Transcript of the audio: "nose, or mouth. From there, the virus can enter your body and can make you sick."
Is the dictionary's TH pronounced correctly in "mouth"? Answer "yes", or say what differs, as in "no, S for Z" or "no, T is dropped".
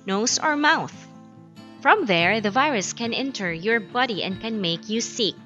yes